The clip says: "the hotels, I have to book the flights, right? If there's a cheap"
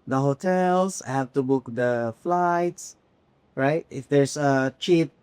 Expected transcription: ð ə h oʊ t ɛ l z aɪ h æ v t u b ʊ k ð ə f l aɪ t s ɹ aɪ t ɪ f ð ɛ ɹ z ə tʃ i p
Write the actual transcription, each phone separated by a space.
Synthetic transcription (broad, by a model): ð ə h oʊ t ɛ l s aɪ h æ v t u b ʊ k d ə f l aɪ t s ɹ aɪ t ɪ f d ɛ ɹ s ə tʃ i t